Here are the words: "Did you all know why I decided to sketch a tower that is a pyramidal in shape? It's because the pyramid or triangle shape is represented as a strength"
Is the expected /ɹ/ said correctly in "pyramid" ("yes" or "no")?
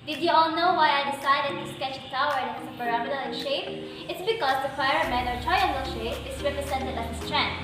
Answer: no